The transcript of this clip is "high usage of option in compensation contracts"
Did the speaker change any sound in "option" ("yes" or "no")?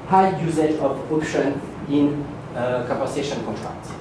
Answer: no